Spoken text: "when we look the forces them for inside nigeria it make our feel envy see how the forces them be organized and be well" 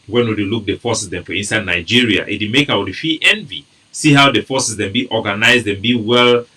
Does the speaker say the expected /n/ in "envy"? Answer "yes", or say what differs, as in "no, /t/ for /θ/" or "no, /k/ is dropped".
yes